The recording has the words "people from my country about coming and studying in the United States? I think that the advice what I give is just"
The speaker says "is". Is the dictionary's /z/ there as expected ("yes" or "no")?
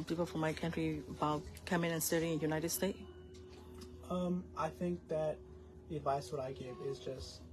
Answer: yes